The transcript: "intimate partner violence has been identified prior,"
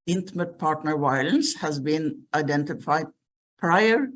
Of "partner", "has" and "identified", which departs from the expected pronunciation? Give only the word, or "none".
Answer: none